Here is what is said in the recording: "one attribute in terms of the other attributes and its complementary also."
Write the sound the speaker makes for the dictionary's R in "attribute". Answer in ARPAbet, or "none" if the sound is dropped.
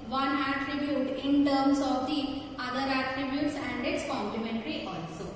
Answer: R